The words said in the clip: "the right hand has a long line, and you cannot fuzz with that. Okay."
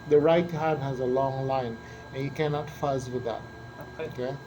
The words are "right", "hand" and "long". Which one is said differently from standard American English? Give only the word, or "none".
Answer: hand